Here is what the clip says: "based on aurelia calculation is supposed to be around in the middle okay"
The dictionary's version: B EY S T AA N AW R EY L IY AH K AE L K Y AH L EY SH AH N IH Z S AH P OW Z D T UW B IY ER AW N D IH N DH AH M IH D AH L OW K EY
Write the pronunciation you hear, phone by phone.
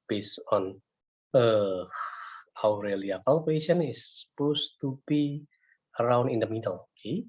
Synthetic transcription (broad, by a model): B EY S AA N AW R EY L IY AH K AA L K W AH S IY AH N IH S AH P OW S T UW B IY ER AW N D IH N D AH M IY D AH L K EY